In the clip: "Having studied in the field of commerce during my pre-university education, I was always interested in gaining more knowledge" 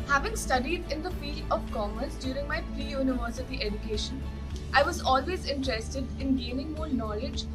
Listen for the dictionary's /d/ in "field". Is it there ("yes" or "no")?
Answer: no